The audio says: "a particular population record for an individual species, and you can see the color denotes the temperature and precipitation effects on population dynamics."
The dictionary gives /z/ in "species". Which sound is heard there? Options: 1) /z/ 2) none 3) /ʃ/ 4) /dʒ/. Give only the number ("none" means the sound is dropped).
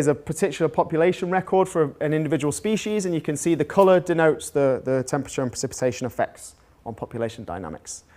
1